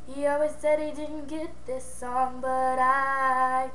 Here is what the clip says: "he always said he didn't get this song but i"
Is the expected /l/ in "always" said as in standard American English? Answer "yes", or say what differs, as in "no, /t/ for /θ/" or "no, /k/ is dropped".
no, /l/ is dropped